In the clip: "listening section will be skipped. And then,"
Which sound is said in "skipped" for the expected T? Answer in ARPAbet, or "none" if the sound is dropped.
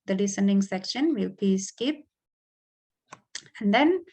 none